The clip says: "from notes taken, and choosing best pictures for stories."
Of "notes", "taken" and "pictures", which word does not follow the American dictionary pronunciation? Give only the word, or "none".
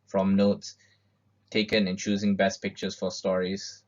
pictures